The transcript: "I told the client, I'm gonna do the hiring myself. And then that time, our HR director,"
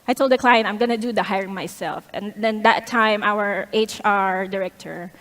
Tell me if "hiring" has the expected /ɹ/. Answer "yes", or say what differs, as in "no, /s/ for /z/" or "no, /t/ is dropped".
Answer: yes